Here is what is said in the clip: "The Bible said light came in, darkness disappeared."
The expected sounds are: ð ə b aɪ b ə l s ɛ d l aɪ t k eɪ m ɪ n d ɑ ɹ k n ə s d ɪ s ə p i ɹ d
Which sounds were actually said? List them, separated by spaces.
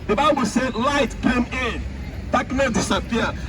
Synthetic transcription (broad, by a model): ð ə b aɪ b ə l s ɛ d l aɪ t k eɪ m ɪ n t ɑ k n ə d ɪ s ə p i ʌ